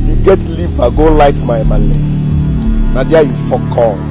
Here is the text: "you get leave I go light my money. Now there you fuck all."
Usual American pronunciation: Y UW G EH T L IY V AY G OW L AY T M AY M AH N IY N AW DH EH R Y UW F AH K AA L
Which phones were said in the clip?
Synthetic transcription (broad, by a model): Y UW G EH T L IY P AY G OW L AY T M AY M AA L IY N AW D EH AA Y UW F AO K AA